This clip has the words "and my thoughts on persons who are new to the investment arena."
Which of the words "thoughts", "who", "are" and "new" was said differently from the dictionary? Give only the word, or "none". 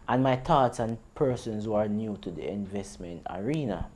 thoughts